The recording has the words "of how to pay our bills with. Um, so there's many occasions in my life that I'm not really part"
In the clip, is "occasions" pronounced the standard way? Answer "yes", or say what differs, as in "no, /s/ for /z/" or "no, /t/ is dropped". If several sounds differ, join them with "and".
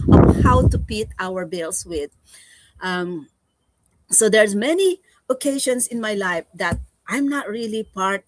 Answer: no, /s/ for /z/